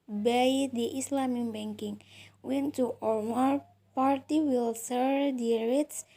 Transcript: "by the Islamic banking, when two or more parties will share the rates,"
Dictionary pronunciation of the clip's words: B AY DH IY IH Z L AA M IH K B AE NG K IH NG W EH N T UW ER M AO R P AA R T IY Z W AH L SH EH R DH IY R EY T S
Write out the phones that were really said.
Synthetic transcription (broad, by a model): B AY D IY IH S L AA M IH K B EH NG K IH NG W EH N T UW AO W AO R P AA R T IY W AH L S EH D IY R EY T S